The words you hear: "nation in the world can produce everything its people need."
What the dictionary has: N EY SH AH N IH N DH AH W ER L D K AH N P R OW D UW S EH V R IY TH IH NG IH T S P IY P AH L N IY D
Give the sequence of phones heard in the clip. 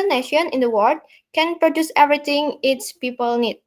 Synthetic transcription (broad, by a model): N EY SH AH N IH N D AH W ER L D K AH N P R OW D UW S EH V R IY T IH NG IH T S P IY P AH L N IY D